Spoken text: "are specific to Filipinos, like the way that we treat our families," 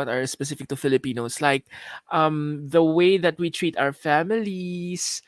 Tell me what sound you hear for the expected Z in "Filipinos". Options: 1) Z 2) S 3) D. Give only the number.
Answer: 2